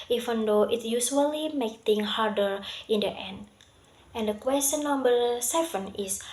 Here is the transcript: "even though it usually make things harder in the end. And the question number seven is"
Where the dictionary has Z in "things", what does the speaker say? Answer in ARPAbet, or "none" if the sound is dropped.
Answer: none